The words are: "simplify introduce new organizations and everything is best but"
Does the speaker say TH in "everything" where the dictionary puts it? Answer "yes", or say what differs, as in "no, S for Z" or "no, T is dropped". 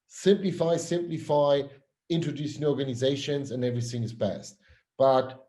yes